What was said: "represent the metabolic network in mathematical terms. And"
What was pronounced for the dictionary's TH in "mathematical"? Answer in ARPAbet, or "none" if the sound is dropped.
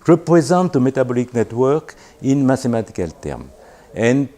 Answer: T